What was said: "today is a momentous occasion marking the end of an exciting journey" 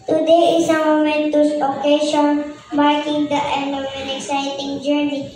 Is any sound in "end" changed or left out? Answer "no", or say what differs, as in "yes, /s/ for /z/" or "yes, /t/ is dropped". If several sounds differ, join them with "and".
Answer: yes, /d/ is dropped